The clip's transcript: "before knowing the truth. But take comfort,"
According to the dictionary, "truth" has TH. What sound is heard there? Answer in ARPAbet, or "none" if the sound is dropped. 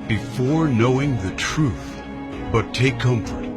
TH